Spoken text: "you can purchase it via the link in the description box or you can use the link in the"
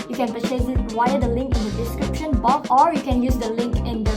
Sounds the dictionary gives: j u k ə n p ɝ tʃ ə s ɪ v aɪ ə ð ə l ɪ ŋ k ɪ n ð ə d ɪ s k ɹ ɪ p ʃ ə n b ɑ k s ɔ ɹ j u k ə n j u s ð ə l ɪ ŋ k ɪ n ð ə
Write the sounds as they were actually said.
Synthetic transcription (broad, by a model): j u k ə n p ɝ s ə ɪ w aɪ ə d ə l ɪ ŋ k ɪ n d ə d ɪ s k ɹ ɪ p ʃ ə n b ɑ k ɔ ɹ j u k ə n j u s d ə l ɪ ŋ k ɪ n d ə